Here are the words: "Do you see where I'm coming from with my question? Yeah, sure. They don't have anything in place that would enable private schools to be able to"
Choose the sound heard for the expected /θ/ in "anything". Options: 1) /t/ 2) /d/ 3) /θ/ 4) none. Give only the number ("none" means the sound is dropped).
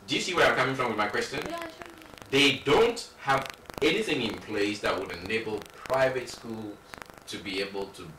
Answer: 3